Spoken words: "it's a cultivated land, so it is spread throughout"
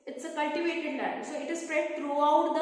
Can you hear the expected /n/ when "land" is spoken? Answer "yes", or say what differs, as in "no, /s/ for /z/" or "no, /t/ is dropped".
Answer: no, /n/ is dropped